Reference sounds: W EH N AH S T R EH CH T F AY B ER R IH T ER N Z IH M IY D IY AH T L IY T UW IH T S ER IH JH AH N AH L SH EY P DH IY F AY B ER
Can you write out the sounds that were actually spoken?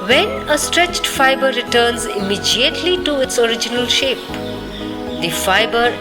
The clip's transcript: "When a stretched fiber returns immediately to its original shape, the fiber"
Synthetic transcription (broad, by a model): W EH N AH S T R EH CH T F AY B ER R IH T ER N Z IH M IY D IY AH T L IY T UW IH T S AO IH JH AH N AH L SH EY P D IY F AY B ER